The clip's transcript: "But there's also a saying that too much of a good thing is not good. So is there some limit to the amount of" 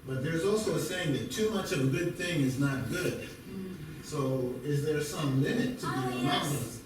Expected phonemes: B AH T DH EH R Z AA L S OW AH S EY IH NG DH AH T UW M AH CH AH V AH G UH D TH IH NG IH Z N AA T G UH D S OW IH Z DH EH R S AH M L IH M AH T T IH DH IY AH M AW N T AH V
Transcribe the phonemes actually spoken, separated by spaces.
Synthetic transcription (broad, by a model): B AH T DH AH R Z AA L S OW AH S EY IH NG DH AH T UW M AH CH AH V AH G UH D TH IH NG IH Z N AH T G UH D S OW IH Z DH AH R S AH M L IH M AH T T IH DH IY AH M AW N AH